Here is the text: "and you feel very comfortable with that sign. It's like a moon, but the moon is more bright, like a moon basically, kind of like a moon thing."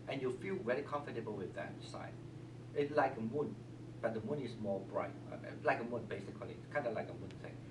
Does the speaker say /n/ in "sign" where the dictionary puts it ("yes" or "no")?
no